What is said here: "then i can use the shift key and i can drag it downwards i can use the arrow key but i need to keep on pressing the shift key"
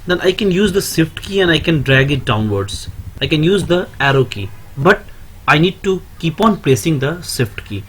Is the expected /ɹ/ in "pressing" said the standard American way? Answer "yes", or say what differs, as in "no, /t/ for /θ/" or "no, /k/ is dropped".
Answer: no, /l/ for /ɹ/